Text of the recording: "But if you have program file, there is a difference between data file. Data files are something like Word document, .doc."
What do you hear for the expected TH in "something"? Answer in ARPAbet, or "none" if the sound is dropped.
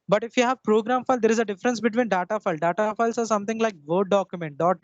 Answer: T